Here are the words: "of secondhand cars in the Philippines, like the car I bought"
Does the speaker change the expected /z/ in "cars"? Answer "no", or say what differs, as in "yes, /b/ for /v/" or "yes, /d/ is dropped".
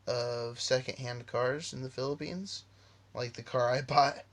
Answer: no